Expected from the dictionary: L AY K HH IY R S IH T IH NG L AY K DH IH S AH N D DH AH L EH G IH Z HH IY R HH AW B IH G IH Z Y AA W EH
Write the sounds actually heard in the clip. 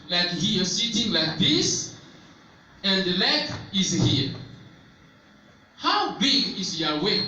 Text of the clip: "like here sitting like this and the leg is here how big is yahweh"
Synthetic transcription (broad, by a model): L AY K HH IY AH S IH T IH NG L AY K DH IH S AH N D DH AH L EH IH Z HH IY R HH AW B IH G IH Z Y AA W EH